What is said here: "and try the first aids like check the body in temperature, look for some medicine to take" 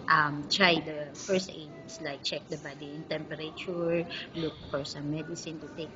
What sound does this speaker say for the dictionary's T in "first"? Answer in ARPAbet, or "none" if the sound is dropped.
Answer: T